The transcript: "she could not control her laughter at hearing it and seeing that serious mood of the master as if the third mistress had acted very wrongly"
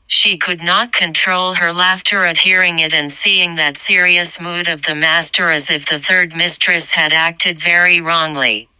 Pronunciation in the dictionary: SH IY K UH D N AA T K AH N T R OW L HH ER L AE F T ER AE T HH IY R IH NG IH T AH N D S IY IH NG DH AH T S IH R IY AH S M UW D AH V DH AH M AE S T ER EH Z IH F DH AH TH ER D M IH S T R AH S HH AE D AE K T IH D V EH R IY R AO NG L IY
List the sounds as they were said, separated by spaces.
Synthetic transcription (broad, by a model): SH IY K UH D N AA T K AH N T R OW L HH ER L AE F T ER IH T HH IY R IH NG IH T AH N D S IY IH NG DH AH T S IH R IY AH S M UW D AH V DH AH M AE S T ER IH Z IH F DH AH TH ER D M IH S T R AH S HH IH D AE K T IH D V EH R IY R AO NG L IY